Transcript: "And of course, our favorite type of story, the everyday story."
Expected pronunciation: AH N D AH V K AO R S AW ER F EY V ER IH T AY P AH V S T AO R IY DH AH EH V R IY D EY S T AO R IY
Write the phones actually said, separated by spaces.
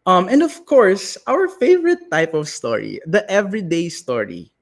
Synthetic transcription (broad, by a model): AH N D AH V K AO R S AW ER F EY V ER IH T AY P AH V S T AO R IY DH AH EH V R IY D EY S T AO R IY